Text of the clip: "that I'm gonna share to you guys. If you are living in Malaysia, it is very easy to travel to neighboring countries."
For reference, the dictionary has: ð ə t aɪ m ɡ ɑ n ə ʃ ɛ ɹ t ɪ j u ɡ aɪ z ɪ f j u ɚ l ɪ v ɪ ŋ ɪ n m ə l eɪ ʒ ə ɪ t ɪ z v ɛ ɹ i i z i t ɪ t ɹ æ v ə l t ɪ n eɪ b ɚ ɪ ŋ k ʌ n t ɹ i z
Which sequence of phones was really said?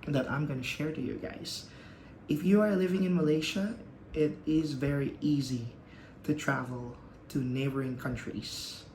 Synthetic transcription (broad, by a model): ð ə t aɪ m ɡ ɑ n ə ʃ ɛ ɹ t ɪ j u ɡ aɪ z ɪ f j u ɚ l ɪ v ɪ ŋ ɪ n m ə l eɪ ʃ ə ɪ t ɪ z v ɛ ɹ i i z i t ɪ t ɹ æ v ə l t ɪ n eɪ b ɚ ɪ ŋ k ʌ n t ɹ i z